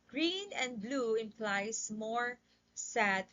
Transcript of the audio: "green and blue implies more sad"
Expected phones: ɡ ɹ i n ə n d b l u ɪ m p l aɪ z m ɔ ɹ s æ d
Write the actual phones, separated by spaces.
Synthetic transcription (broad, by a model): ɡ ɹ i n ə n d b l u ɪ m p l aɪ s m ɔ ɹ s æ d